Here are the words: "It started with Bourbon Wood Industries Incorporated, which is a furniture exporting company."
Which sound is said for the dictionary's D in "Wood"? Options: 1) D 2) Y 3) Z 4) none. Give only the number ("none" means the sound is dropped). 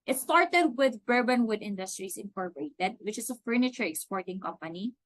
1